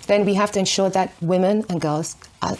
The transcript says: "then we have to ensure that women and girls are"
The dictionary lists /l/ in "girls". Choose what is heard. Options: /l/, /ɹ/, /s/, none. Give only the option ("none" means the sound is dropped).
/l/